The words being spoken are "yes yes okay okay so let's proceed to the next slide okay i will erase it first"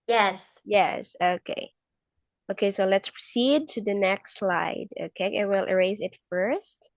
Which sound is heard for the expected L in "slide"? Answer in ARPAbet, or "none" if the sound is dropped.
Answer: L